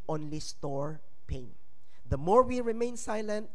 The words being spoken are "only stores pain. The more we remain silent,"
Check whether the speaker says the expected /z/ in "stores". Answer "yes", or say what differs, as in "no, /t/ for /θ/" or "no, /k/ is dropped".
no, /z/ is dropped